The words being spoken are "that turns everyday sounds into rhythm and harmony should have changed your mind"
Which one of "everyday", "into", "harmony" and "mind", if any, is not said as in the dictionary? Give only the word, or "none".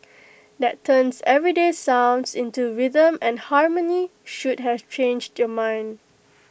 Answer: none